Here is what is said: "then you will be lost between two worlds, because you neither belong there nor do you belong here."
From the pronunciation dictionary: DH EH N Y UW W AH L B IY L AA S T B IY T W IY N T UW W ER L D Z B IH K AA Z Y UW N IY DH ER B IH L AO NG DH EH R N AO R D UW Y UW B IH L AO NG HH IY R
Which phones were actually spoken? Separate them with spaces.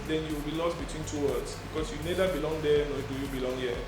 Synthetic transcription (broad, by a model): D EH N Y UW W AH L B IY L AA S T B IY T W IY N T UW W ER D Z B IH K AA S Y UW N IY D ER B IH L AO NG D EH N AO D UW Y UW B IH L AO NG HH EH